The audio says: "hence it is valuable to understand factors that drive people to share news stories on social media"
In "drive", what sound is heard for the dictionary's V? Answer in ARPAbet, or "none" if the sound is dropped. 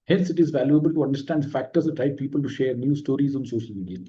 P